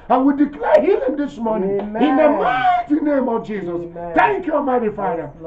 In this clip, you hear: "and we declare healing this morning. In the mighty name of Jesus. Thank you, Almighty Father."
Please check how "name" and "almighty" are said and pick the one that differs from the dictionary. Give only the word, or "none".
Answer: almighty